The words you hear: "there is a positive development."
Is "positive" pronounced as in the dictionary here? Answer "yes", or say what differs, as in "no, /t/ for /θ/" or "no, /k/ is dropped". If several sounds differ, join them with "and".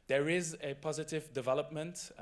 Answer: yes